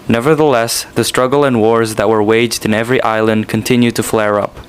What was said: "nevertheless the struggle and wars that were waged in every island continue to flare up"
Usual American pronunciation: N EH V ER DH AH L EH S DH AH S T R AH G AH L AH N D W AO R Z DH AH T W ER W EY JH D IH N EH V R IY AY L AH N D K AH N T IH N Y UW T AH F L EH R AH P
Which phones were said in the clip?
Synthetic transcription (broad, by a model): N EH V ER DH AH L EH S DH AH S T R AH G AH L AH N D W AO R Z DH AH T W ER W EY JH D IH N EH V R IY AY L AH N D K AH N T IH N Y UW T AH F L EH R AH P